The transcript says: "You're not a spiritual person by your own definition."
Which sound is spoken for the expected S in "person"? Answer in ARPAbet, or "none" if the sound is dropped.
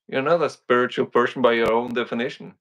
SH